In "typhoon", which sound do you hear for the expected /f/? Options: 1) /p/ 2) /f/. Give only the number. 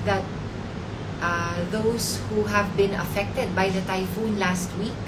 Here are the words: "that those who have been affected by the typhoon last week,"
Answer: 2